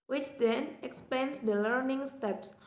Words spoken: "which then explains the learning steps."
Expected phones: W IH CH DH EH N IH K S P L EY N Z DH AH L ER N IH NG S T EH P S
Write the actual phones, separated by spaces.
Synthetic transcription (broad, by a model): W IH CH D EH N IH K S P EY N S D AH L ER N IH NG S T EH P S